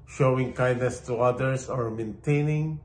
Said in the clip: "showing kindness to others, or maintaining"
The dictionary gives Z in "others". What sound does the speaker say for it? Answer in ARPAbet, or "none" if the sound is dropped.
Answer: S